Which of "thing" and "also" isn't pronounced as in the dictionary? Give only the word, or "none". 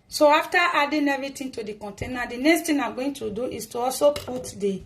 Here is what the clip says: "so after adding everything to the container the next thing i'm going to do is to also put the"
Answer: thing